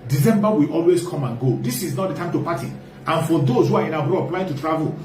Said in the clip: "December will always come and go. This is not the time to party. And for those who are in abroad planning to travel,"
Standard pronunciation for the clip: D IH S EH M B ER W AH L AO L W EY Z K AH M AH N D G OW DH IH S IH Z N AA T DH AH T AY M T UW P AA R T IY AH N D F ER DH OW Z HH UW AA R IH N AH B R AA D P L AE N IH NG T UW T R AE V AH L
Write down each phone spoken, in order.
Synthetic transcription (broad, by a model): D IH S EH M B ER W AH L AO L W EY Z K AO M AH N G OW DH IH S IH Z N AA T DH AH T AY M T UW P AA T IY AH N F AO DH OW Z HH UW AA R IH N AH B R AA D P L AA IH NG T UW T R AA V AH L